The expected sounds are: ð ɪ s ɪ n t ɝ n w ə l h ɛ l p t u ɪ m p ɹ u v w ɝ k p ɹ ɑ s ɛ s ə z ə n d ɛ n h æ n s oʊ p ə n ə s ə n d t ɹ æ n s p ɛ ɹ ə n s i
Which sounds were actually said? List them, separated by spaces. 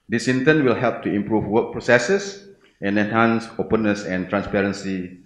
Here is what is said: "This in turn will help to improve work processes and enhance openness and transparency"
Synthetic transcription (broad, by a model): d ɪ s ɪ n t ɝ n w ə l h ɛ l p t u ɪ m p ɹ u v w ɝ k p ɹ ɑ s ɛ s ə s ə n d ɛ n h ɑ n s oʊ p ə n ə s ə n t ɹ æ n s p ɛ ɹ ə n s i